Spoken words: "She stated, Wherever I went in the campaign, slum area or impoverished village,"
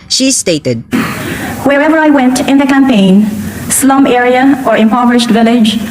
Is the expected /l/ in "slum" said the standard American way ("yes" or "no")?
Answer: yes